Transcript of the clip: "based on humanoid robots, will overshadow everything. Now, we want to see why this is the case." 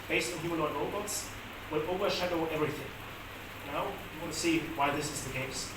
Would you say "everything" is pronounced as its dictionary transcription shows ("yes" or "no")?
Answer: yes